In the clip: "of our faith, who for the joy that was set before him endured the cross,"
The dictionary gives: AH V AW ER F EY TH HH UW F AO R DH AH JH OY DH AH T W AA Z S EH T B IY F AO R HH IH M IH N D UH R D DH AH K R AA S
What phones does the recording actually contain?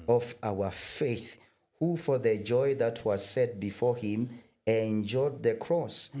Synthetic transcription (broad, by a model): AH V AW ER F EY TH HH UW F AO R DH AH JH OY DH AH T W AA Z S EH T B IY F AO R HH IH M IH N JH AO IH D DH AH K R AA S